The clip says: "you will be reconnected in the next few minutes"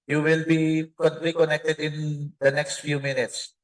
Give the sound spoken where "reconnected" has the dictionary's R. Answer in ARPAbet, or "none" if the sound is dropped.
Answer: L